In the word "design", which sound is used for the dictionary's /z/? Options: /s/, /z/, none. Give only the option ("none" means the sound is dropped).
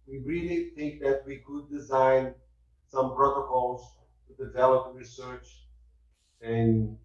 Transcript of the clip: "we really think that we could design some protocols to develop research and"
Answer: /z/